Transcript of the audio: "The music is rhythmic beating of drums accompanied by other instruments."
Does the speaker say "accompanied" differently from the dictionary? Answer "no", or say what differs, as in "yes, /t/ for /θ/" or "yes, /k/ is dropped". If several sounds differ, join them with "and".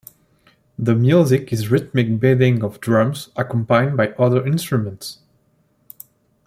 yes, /n/ is dropped